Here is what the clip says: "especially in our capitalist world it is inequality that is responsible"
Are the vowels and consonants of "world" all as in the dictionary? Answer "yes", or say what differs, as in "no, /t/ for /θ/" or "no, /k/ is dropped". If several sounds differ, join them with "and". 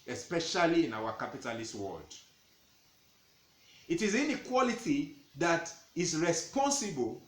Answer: no, /l/ is dropped